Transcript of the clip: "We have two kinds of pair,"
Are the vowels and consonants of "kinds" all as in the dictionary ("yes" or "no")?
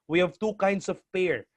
no